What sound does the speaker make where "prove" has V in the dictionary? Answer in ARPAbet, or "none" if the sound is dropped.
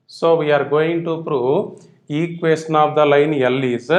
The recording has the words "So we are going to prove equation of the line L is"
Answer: none